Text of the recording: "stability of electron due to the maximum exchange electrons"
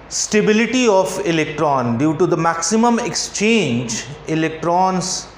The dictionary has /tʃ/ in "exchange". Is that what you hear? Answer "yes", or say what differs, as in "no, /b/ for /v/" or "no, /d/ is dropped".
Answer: yes